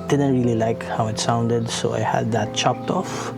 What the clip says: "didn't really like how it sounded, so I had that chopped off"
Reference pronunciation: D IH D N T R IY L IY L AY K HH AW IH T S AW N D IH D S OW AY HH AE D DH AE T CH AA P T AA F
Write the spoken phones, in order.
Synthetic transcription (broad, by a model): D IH D N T R IY L IY L AY K HH AW IH T S AW N D IH D S OW AY HH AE D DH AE T CH AA P T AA F